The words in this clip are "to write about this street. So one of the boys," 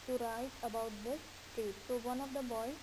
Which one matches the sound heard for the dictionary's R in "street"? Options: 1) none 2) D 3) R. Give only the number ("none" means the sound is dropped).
1